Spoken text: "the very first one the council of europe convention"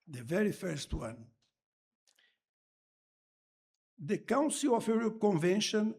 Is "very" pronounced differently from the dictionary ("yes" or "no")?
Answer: no